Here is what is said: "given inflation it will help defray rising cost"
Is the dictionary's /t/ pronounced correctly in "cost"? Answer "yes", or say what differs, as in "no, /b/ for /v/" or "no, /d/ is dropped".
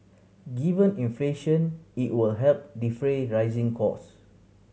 no, /t/ is dropped